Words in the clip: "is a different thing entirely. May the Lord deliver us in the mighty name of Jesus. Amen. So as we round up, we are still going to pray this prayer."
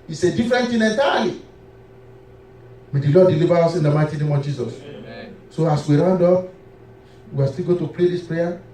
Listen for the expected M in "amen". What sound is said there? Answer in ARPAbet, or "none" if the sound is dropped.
none